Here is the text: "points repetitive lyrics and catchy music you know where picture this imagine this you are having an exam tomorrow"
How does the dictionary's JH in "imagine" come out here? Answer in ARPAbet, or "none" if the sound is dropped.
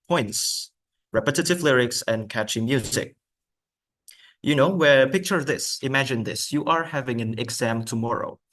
JH